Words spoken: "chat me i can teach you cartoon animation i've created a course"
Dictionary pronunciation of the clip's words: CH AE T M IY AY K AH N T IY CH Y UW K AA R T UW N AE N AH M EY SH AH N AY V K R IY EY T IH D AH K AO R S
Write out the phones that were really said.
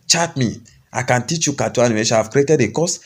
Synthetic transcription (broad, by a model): CH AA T M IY AY K AH N T IY CH Y UW K AA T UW AA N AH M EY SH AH AY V K R IY EY T IH D AH K AO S